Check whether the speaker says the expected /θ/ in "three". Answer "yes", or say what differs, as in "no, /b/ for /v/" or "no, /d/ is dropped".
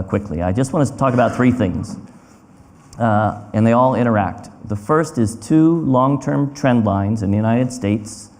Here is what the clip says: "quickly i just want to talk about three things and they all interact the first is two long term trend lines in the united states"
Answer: yes